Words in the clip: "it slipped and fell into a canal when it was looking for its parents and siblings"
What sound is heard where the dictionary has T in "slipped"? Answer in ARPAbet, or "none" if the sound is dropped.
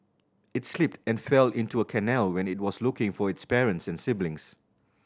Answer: T